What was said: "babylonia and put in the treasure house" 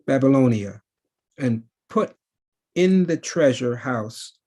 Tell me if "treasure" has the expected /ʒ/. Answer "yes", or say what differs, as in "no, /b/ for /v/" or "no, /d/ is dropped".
yes